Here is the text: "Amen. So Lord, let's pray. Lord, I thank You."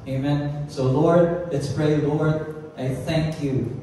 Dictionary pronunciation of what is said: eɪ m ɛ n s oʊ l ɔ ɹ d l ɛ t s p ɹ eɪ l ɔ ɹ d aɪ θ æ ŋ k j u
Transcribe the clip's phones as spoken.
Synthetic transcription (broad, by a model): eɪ m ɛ n s oʊ l ɔ ɹ d l ɛ t s p ɹ eɪ l ɔ ɹ d aɪ θ æ ŋ k j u